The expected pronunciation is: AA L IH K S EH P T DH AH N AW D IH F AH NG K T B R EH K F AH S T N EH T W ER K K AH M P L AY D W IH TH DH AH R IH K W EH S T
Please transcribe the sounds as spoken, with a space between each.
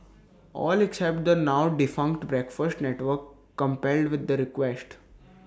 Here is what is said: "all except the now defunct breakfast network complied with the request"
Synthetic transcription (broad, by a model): AA L IH K S EH P T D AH N AW D IH F AH NG K T B R EH K F AH S T N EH T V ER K K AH M P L D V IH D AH R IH K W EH S T